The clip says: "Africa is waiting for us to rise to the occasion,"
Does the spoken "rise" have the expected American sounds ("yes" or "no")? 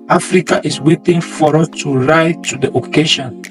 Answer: no